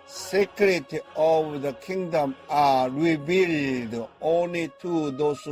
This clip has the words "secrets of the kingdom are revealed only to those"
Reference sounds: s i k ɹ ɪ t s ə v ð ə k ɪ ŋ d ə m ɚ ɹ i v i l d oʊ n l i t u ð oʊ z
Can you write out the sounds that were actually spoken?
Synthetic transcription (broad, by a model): s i k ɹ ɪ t ə v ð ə k ɪ ŋ d ə m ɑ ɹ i b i l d oʊ n l i t u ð oʊ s